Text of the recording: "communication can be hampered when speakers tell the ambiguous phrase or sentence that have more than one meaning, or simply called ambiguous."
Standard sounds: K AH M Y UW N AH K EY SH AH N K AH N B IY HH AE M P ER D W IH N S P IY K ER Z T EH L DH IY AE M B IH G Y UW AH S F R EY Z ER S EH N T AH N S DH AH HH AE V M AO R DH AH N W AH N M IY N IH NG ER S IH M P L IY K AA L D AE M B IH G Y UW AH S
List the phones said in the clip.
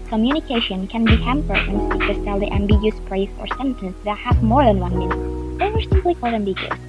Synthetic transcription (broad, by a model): K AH M Y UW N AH K EY SH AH N K AH N B IY HH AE M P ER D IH N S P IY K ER S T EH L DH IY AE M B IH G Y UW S P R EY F ER S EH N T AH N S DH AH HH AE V M AO R DH AH N W AH N M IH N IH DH ER S IH M P L IY K AA L D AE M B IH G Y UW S